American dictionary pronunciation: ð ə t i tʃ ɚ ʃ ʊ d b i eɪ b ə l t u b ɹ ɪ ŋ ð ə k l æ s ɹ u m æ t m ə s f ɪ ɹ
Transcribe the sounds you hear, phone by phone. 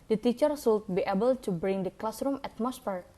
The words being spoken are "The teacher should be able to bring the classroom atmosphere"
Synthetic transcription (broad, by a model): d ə t i tʃ ɚ s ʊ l b i eɪ b ə l t u b ɹ ɪ ŋ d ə k l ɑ s ɹ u m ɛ t m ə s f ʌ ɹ